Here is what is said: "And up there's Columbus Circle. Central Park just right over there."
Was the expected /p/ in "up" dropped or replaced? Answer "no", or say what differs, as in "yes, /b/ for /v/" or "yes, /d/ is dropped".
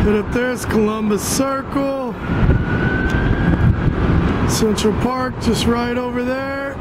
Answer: yes, /f/ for /p/